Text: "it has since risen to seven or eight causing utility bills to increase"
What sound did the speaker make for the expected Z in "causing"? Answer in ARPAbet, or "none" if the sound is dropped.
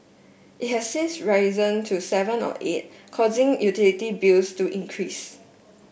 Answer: Z